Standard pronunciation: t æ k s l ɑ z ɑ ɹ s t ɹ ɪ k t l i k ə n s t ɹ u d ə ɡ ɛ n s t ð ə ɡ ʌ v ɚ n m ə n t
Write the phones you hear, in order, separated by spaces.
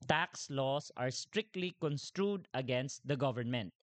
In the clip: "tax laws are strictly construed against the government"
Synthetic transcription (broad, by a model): t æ k s l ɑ s ɑ ɹ s t ɹ ɪ k t l i k ə n s t ɹ u d ə ɡ ɛ n s t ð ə ɡ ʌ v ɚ n m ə n t